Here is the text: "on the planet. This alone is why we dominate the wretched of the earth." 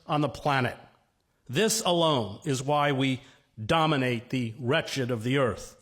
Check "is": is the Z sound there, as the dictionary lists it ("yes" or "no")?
yes